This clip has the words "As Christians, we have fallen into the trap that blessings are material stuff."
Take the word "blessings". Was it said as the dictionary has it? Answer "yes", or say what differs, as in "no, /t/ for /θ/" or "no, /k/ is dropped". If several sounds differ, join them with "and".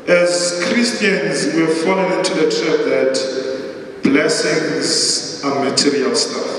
yes